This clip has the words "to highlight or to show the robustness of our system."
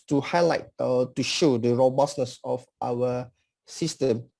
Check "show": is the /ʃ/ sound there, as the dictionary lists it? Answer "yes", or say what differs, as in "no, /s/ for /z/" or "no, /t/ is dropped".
yes